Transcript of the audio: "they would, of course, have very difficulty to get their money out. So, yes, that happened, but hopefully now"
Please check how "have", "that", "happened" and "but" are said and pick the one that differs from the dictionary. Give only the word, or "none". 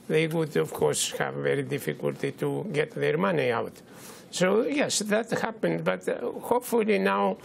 none